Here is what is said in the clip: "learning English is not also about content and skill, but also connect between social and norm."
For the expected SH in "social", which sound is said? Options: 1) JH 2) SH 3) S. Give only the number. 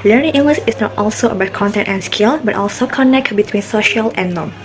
2